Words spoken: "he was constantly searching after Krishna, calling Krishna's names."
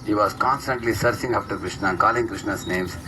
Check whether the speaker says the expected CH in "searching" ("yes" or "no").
no